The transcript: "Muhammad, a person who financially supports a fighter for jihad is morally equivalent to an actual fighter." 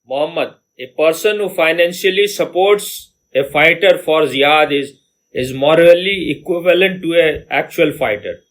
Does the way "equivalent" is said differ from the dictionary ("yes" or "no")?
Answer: no